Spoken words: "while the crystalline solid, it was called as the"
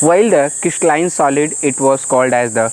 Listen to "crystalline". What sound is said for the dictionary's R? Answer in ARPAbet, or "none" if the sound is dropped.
none